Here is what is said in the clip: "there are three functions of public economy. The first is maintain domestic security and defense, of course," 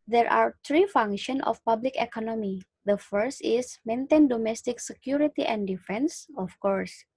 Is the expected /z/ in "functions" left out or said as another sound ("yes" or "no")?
yes